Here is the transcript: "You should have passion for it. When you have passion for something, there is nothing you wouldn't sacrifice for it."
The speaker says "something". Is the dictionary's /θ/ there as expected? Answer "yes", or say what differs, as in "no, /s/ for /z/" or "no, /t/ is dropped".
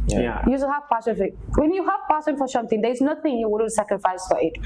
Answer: no, /t/ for /θ/